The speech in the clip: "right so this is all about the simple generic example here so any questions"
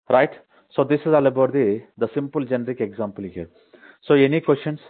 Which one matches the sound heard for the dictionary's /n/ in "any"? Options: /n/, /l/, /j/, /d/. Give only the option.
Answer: /n/